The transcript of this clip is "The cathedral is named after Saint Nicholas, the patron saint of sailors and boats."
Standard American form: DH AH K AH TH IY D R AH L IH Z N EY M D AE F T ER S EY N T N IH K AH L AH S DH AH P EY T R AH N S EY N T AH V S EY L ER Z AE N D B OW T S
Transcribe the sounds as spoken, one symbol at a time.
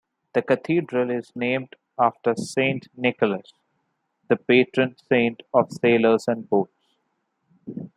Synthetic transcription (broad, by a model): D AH K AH T IY D R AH L IH Z N EY M D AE F T ER S EY N T N IH K AH L AH S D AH P EY T R AH N S EY N T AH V S EY L ER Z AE N D B OW T S